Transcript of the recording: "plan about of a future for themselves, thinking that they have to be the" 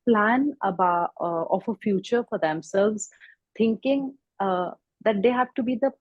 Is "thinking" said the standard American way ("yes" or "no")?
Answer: no